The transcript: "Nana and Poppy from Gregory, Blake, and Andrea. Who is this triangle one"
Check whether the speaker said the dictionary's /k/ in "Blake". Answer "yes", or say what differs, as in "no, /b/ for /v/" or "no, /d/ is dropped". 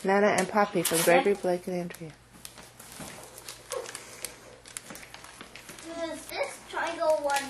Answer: yes